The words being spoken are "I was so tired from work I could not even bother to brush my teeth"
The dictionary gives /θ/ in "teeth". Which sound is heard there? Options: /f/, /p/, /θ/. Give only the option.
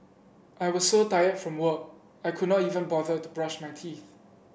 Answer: /θ/